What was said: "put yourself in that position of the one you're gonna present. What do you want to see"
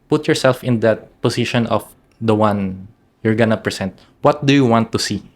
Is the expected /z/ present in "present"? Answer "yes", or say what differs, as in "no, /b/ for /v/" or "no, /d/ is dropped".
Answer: no, /s/ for /z/